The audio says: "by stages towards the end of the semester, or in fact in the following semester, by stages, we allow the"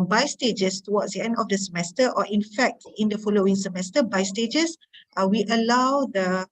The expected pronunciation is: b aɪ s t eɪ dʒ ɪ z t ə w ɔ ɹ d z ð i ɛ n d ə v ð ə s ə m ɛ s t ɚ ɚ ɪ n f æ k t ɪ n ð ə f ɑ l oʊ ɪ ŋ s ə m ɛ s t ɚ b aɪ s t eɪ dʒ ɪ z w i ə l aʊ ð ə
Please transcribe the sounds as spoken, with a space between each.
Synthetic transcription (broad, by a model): b aɪ s t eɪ dʒ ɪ s t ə w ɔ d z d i ɛ n d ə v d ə s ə m ɛ s t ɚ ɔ ɪ n f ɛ k t ɪ n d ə f ɑ l oʊ ɪ ŋ s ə m ɛ s t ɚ b aɪ s t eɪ dʒ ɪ s w i ə l aʊ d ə